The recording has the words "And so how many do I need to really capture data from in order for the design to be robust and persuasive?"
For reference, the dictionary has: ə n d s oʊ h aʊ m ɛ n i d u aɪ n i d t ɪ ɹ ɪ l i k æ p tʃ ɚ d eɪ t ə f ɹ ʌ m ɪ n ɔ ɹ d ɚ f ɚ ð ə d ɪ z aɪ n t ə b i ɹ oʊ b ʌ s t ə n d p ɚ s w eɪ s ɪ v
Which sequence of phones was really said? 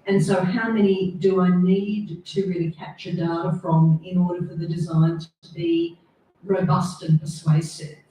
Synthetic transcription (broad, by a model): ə n s oʊ h aʊ m ɛ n i d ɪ aɪ n i d t ɪ ɹ ɪ l i k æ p tʃ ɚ d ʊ t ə f ɹ ʌ m ɪ n ɔ ɹ d ɚ f ɚ ð ə d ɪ z aɪ n t ə b i ɹ oʊ b ʌ s t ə n p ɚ s w eɪ s ɪ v